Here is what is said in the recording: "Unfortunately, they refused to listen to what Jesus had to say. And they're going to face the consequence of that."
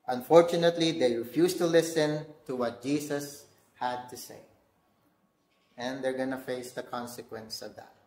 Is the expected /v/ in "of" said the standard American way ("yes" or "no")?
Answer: yes